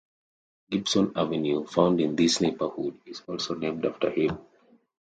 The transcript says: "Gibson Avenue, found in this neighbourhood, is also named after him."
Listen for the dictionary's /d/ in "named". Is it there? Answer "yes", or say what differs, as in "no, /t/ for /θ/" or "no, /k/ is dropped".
yes